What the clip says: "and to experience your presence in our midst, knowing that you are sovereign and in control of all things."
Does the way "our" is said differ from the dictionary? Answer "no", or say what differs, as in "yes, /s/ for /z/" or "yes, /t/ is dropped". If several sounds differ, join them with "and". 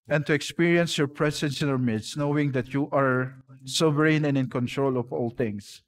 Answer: no